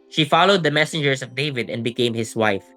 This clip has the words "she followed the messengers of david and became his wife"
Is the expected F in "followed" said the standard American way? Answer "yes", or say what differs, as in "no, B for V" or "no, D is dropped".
yes